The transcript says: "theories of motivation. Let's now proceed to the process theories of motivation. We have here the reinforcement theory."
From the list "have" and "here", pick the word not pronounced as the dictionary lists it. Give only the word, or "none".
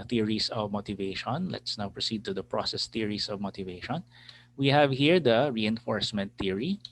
none